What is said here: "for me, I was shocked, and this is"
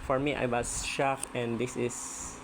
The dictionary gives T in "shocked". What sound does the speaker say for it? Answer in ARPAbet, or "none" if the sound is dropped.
none